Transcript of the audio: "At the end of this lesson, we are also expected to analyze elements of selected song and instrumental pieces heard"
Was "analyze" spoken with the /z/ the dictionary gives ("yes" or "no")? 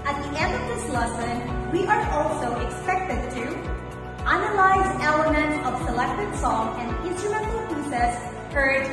yes